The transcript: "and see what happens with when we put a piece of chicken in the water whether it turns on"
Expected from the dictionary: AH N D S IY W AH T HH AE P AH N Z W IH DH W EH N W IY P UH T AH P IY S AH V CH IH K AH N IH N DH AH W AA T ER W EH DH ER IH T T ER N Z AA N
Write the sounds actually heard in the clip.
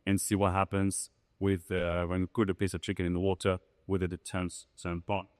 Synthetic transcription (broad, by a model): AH N S IY W AH T HH AE P AH N Z W IH DH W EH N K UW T AH P IY S AH V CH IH K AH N IH N DH AH W AA T ER W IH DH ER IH T S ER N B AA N